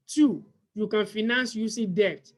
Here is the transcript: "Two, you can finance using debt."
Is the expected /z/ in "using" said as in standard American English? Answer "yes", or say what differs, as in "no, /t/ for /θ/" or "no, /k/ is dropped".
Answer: no, /s/ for /z/